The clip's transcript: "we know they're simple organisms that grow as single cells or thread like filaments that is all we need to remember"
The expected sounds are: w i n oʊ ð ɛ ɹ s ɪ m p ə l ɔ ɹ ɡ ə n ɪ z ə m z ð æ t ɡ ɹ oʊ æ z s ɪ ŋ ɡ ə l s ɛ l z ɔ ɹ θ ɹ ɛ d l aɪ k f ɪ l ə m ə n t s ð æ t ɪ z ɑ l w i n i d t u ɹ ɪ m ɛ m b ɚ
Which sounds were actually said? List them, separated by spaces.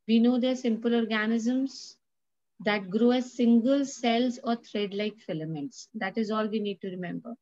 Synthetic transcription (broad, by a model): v i n oʊ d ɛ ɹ s ɪ m p ə l ɔ ɹ ɡ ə n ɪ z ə m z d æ t ɡ ɹ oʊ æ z s ɪ ŋ ɡ ə l s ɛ l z ɔ ɹ t ɹ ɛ d l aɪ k f ɪ l ə m ə n t s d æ t ɪ z ɑ l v i n i d t u ɹ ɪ m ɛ m b ɚ